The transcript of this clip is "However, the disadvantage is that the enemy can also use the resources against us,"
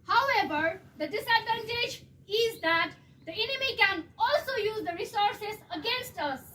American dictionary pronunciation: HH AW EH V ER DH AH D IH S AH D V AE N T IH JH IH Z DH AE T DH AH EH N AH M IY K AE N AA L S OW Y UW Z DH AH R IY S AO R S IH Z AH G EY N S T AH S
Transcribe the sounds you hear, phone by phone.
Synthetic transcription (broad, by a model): HH AW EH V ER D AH D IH S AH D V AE N T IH JH IH Z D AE T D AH EH N AH M IY K AE N AA L S OW Y UW Z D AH R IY S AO R S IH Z AH G EY N S T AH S